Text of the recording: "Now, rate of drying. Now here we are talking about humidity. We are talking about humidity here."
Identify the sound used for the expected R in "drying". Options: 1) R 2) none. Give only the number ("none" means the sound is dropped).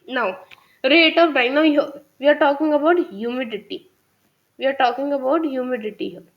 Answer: 2